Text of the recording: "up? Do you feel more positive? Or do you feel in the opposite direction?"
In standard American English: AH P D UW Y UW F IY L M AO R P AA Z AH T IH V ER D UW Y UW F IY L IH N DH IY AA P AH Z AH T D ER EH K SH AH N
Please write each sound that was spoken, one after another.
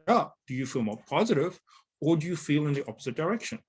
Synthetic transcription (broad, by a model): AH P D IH Y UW F IY L M AO R P AA Z AH T IH V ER D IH Y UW F IY L IH N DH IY AA P AH Z AH T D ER EH K SH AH N